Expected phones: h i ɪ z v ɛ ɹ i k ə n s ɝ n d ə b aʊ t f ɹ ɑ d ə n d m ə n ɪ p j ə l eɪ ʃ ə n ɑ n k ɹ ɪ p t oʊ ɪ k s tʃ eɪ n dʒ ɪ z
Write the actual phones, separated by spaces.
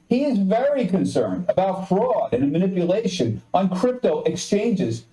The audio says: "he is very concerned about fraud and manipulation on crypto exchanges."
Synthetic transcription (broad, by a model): h i ɪ z v ɛ ɹ i k ə n s ɝ n d ə b aʊ t f ɹ ɑ d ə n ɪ m ə n ɪ p j ə l eɪ ʃ ə n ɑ n k ɹ ɪ p t oʊ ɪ k s tʃ eɪ n dʒ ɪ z